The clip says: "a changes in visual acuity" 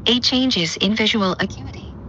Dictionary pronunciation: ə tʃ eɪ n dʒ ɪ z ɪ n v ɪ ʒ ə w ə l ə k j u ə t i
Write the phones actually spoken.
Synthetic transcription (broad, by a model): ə tʃ eɪ n dʒ ɪ z ɪ n v ɪ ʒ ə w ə l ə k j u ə t i